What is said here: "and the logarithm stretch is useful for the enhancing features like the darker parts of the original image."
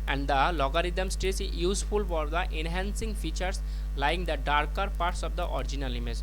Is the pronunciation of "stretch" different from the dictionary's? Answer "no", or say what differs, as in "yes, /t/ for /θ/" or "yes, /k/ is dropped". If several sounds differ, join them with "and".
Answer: yes, /s/ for /tʃ/